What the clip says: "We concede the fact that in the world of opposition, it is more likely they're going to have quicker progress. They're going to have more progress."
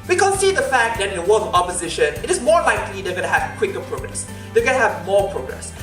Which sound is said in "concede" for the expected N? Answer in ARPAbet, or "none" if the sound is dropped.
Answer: none